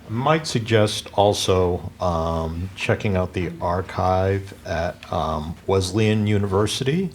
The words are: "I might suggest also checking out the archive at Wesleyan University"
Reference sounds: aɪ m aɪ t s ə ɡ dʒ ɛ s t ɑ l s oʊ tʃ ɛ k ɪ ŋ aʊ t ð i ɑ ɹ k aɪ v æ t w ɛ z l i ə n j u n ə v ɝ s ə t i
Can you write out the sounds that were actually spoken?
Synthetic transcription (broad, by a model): m aɪ t s ə ɡ dʒ ɛ s t ɑ l s oʊ tʃ ɛ k ɪ ŋ aʊ t ð i ɑ ɹ k aɪ v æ t w ɛ z l i ə n j u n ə v ɝ s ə t i